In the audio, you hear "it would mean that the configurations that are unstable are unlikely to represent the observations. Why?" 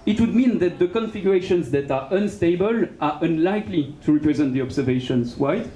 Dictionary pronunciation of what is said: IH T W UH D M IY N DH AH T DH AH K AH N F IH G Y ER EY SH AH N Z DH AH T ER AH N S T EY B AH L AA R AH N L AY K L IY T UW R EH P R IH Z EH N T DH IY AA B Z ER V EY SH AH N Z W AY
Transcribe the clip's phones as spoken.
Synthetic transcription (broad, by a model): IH T W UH D M IY N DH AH T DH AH K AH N F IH G Y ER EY SH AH N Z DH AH T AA AH N S T EY B AH L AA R AH N L AY K L IY T UW R EH P R IH Z EH N T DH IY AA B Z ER V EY SH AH N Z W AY